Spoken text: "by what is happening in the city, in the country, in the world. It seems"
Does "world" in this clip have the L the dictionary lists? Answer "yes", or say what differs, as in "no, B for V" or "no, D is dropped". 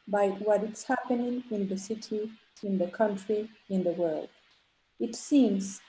yes